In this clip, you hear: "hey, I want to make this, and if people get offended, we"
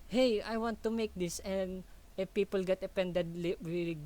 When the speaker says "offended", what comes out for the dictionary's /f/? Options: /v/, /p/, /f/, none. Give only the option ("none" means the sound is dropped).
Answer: /p/